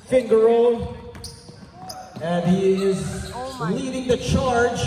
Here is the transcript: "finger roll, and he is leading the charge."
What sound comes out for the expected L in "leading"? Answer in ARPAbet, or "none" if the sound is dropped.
N